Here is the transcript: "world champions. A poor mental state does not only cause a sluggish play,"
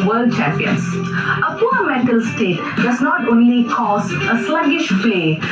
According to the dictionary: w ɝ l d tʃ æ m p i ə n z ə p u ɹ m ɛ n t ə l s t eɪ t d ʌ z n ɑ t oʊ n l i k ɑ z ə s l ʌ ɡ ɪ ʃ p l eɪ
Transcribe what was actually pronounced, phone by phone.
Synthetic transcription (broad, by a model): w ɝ l d tʃ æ m p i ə n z ə p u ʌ m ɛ t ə l s t eɪ t d ʌ z n ɑ t oʊ n l i k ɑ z ə s l ʌ ɡ ɪ ʃ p l eɪ